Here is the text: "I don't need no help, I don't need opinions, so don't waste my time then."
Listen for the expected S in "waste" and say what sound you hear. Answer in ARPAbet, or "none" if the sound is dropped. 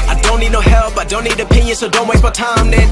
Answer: none